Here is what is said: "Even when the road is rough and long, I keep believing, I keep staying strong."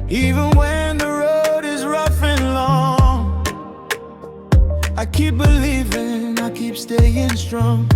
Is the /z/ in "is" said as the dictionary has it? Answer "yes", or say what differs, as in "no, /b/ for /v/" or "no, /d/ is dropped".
yes